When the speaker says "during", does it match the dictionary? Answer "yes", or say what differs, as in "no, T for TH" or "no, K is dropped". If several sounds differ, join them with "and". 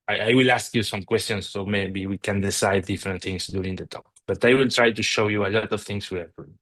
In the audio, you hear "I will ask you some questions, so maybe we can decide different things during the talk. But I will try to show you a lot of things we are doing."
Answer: no, R is dropped